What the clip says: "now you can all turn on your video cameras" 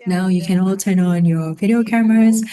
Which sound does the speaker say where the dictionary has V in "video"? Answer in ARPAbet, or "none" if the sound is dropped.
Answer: V